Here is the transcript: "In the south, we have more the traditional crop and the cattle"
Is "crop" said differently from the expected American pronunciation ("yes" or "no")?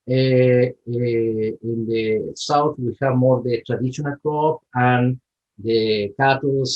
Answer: yes